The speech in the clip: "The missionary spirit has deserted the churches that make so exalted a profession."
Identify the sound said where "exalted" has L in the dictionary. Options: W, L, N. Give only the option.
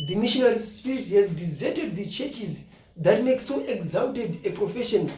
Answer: N